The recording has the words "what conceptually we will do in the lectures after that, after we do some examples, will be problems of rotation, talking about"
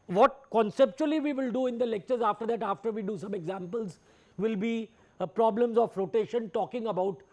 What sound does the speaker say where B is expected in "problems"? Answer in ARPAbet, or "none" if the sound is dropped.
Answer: B